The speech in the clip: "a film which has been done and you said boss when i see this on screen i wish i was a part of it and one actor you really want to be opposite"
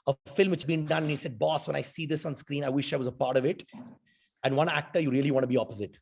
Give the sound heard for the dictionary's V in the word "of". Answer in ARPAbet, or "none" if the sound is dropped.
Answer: V